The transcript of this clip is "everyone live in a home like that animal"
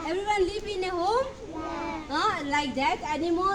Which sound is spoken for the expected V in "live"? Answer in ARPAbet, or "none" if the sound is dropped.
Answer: P